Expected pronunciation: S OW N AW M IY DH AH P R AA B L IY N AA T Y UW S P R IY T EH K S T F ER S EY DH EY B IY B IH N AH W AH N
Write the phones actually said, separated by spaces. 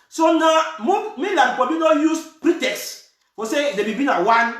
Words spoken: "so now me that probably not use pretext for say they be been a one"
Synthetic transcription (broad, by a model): S OW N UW M IY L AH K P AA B IY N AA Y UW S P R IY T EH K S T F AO S EY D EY B IY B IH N AH W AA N